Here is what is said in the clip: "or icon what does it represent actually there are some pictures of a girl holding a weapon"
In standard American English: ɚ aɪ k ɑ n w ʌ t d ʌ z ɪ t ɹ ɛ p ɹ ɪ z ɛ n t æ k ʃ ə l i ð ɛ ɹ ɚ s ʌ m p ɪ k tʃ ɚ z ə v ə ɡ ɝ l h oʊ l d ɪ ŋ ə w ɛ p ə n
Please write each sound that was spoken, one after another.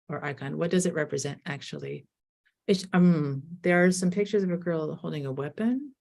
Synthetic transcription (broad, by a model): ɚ aɪ k ɑ n w ʌ t d ʌ z ɪ t ɹ ɛ p ɹ ɪ z ɛ n t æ k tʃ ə l i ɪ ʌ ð ɚ s ʌ m p ɪ k tʃ ɚ z ə v ə ɡ ɝ l h oʊ l d ɪ ŋ ə w ɛ p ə n